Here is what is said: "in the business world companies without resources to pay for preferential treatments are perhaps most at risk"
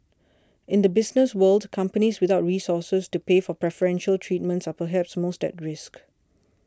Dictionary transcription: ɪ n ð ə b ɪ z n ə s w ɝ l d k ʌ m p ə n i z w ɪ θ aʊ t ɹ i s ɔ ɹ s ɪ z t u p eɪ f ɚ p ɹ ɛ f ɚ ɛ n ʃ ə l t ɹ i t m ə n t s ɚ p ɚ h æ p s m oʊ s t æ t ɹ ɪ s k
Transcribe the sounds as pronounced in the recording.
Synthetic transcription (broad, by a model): ɪ n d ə b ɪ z n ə s w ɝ l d k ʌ m p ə n i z w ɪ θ aʊ t ɹ i s ɔ s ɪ s t u p eɪ f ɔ p ɹ ɛ f ɚ ɛ n ʃ ə l t ɹ i t m ə n t s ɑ p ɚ h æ p s m oʊ s t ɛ t ɹ ɪ s k